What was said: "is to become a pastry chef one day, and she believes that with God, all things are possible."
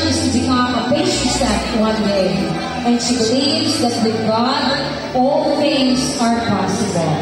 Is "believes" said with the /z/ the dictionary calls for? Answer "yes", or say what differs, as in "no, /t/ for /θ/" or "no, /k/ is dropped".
yes